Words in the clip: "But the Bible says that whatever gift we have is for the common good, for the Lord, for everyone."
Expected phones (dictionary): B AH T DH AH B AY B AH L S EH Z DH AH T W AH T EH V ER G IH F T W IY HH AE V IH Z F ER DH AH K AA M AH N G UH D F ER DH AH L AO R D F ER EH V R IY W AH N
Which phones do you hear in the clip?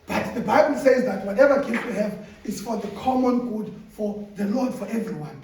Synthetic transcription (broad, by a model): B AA T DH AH B AY B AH L S EH Z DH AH T W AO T EH V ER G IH T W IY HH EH V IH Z F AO DH AH K AA M AH N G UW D F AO DH AH L AO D F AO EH V R IY W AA N